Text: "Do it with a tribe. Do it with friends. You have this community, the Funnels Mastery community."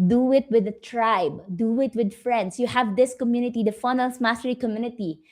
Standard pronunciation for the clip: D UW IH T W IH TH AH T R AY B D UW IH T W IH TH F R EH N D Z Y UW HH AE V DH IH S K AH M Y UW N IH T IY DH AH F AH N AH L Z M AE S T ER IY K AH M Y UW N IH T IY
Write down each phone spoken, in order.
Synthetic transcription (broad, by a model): D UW IH T W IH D AH T R AY B D UW IH T W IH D F R EH N D S Y UW HH AE V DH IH S K AH M Y UW N IH T IY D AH F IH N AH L S M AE S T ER IY K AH M Y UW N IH T IY